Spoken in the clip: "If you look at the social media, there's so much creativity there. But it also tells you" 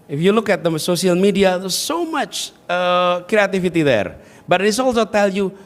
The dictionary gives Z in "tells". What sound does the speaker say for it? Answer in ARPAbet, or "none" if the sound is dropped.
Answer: none